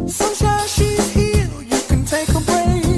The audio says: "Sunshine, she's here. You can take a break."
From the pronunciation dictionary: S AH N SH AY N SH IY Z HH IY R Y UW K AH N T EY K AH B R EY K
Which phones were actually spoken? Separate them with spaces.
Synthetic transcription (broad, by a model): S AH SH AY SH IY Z HH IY L Y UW K AH N T EY K AH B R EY